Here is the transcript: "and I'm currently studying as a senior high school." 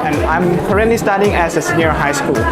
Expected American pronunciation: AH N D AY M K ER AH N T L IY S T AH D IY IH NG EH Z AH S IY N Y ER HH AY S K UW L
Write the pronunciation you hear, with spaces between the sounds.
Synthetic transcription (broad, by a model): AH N AY M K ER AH T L IY S T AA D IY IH NG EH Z AH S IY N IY HH AY S K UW L